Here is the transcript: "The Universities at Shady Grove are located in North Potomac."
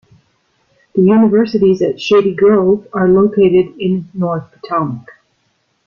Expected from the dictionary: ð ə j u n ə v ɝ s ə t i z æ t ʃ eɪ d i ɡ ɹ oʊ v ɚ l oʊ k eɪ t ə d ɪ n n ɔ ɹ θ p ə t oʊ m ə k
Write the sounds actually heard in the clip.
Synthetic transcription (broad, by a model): ð ə j u n ə v ɝ s ə t i z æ t ʃ eɪ d i ɡ ɹ oʊ v ɚ l oʊ k eɪ t ə d ɪ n n ɔ ɹ θ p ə t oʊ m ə k